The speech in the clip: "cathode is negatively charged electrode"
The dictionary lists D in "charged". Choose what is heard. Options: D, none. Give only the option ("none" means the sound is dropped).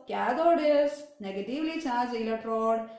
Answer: none